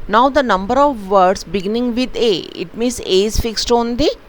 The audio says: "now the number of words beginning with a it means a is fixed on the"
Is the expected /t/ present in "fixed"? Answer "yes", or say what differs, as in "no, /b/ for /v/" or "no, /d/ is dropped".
yes